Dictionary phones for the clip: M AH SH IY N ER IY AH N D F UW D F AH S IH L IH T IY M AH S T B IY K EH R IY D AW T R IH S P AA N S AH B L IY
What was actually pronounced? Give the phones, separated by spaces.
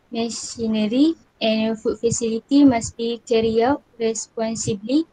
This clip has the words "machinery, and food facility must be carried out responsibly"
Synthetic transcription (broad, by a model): M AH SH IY N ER IY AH N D F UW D F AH S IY L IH T IY M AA S B IY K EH R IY AW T R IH S P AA N S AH B L IY